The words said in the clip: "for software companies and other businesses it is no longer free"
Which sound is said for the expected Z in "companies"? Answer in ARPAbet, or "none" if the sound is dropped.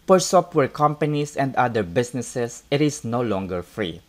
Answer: S